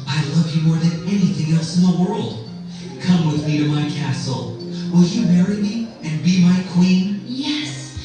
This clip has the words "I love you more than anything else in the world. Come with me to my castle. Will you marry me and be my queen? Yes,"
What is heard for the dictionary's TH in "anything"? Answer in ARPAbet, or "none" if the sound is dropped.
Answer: TH